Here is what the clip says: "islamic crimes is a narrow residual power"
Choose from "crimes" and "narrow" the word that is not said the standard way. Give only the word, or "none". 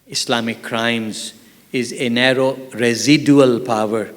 none